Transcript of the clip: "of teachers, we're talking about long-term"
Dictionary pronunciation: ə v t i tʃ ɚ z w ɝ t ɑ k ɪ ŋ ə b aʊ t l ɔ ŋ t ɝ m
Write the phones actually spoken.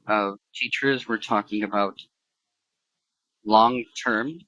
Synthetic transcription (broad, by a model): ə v t i tʃ ɚ z w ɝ t ɑ k ɪ ŋ ə b aʊ t l ɔ ŋ t ɝ m